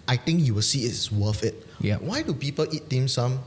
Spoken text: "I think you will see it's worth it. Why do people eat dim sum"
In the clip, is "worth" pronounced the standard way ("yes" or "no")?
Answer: no